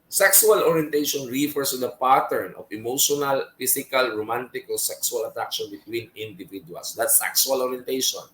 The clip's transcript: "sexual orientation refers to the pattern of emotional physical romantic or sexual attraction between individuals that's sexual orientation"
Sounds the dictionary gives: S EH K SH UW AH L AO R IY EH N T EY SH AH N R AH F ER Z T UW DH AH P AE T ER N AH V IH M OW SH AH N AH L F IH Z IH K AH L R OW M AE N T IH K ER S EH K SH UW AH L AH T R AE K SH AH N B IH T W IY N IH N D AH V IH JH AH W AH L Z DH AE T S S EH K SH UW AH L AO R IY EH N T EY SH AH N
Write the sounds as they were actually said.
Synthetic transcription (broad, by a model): S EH K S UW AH L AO R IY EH N T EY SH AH N R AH F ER S T UW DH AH P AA T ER N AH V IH M OW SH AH N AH L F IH S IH K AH L R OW M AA N T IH K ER S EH K S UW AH L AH T R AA K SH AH N B IH T W IY N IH N D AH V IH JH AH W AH L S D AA T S S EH K S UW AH L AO R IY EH N T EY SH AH N